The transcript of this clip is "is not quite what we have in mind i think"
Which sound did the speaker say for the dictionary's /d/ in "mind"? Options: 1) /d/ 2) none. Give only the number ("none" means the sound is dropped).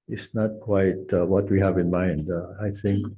1